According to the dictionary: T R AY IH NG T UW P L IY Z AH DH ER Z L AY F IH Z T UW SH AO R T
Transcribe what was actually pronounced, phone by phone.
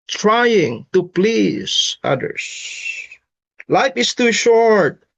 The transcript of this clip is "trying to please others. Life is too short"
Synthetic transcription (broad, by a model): T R AY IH NG T UW P L IY Z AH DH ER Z L AY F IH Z T UW SH AO R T